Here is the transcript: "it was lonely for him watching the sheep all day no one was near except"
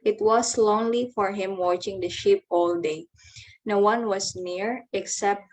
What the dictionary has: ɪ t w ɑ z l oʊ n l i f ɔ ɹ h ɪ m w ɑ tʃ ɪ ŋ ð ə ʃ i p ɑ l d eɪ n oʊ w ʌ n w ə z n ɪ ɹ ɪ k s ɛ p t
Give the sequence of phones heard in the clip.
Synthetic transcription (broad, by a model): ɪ t w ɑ s l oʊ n l i f ɔ ɹ h ɪ m w ɑ tʃ ɪ ŋ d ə ʃ i p ɑ l d eɪ n oʊ w ʌ n w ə s n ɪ ɹ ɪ k s ɛ p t